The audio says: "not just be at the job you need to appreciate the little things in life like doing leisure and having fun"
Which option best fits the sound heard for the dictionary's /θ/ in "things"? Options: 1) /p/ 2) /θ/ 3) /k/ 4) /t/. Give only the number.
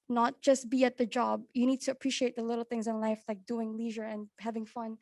2